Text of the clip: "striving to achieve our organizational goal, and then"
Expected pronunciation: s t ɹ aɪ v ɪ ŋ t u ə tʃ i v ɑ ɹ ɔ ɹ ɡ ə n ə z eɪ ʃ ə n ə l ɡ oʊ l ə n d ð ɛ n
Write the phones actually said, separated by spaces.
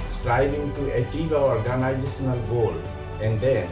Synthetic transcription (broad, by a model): s t ɹ aɪ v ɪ ŋ t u ə tʃ i v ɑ w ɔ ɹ ɡ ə n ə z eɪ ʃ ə n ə l ɡ oʊ l ə n d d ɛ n